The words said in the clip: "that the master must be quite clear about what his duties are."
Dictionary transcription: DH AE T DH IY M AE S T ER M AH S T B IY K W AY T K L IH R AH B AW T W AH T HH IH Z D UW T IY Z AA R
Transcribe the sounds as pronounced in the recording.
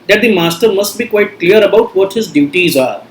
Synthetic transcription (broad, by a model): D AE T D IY M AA S T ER M AH S T B IY K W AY T K L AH R AH B AW T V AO T HH IH Z D UW T IY Z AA R